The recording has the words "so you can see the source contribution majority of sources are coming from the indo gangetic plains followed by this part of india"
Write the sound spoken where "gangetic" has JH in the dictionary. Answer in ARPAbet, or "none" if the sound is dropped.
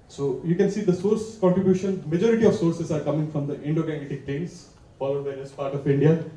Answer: none